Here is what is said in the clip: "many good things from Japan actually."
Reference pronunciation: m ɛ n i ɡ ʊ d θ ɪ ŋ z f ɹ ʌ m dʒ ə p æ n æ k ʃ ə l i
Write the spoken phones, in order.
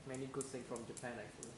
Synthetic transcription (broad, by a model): m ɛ n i ɡ ʊ d s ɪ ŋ f ɹ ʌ m dʒ ə p æ n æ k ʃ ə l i